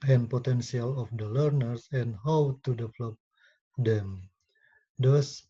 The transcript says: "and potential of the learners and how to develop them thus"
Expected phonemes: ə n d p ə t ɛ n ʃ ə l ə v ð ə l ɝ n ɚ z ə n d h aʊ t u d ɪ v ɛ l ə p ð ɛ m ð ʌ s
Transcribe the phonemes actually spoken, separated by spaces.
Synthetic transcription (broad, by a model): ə n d p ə t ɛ n s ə l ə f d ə l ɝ n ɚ s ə n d h aʊ t u d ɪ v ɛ l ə p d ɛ m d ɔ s